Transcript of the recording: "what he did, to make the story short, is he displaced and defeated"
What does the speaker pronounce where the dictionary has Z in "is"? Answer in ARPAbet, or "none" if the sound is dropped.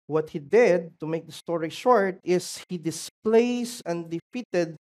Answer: S